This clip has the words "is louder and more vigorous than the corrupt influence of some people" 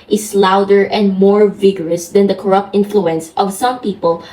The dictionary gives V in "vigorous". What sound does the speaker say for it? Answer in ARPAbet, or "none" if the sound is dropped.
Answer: V